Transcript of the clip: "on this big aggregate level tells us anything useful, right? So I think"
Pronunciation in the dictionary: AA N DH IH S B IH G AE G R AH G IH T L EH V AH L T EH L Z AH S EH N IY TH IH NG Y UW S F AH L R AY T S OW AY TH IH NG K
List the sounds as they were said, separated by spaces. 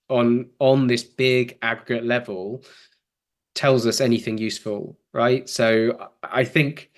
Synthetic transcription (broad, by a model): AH N DH IH S B IH G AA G R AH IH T L EH V AH L T EH L Z AH S EH N IY TH IH NG Y UW S F AH L R AY T S OW AY TH IH NG K